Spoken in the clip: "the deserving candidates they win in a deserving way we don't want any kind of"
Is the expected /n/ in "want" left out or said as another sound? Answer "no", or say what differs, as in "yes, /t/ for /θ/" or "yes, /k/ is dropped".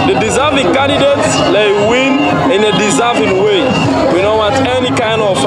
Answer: yes, /n/ is dropped